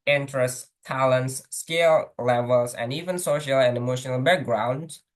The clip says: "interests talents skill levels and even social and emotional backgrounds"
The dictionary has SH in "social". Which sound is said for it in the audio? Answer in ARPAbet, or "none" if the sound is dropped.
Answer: SH